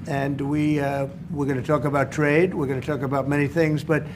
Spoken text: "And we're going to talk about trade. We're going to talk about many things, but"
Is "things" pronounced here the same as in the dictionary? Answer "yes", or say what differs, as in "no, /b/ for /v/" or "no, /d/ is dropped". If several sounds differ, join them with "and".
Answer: yes